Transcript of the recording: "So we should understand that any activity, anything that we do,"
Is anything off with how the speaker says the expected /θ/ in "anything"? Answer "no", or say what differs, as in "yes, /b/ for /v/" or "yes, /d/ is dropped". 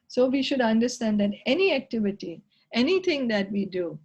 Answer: yes, /t/ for /θ/